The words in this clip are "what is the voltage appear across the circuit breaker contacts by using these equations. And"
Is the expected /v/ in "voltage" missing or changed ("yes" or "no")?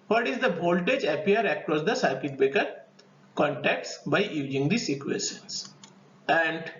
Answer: yes